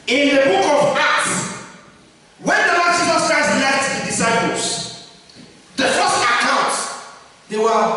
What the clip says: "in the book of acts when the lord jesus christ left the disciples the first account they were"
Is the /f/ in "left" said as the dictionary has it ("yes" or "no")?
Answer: no